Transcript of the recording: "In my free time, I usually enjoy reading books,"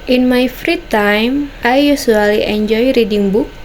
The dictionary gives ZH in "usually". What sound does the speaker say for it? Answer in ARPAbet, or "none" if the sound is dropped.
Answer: S